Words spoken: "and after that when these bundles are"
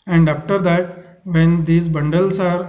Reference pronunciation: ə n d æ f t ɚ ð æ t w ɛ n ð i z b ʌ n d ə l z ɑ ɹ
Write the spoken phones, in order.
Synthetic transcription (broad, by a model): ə n d æ f t ɚ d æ t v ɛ n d i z b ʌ n d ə l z ɑ ɹ